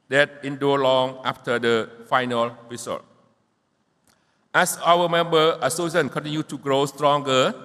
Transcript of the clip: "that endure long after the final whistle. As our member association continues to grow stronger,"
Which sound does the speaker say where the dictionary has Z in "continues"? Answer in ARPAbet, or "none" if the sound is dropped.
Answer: none